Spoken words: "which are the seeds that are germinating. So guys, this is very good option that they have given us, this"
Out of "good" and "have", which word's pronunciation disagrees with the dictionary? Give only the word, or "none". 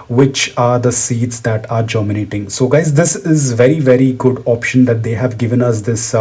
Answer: none